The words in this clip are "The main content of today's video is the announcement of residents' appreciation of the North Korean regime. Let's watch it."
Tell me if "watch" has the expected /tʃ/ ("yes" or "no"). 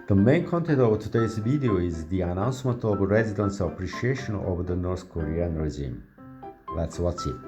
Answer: no